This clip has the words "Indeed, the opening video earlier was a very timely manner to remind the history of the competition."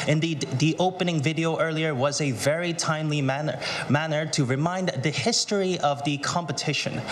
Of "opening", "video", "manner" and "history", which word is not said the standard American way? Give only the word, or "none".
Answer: none